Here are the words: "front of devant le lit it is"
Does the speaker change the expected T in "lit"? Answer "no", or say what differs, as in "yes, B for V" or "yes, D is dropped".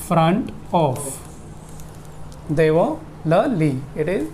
yes, T is dropped